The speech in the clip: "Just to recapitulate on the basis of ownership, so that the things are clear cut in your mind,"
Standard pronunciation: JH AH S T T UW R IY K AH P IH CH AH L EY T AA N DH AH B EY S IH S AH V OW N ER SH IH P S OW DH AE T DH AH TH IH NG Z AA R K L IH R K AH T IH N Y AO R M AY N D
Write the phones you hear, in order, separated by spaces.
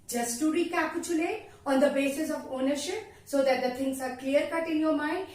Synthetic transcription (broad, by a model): JH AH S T T UW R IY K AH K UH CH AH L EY AA N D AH B EY S IH S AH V OW N ER SH IH P S OW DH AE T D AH T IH NG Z AA R K L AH R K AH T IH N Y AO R M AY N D